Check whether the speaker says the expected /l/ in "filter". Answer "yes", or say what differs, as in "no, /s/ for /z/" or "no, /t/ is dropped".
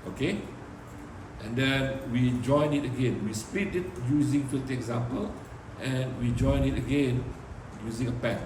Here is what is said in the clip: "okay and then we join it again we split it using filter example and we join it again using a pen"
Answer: no, /l/ is dropped